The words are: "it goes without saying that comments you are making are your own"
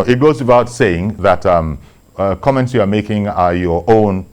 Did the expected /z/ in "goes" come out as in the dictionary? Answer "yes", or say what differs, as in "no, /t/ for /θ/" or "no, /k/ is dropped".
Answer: yes